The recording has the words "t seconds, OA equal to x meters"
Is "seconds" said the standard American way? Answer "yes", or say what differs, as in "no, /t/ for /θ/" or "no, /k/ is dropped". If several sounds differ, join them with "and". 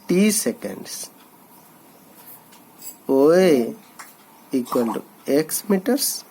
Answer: no, /s/ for /z/